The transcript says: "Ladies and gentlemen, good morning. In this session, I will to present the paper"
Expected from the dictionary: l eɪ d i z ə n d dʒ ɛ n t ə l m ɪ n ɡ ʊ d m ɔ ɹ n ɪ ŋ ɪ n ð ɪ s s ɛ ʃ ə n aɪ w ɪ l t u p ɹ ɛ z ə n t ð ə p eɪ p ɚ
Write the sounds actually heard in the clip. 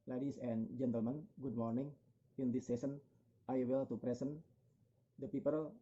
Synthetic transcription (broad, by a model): l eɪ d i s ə n dʒ ɛ n t ə l m ɪ n ɡ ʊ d m ɔ ɹ n ɪ ŋ ɪ n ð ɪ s s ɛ s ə n aɪ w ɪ l t u p ɹ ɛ s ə n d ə p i p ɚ